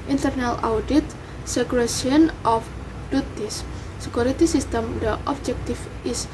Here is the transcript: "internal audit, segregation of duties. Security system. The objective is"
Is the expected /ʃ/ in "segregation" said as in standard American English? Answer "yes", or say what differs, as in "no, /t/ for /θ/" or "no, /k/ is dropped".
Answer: no, /ʃ/ is dropped